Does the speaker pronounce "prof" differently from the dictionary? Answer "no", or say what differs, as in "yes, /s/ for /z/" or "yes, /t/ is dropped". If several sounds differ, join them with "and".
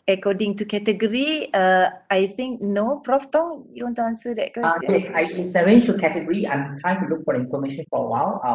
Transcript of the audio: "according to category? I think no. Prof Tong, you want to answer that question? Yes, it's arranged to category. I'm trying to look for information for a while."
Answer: no